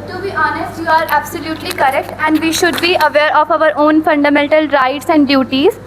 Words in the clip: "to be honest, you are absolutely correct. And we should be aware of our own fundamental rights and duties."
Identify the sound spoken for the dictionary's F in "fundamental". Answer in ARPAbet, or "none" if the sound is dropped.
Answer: F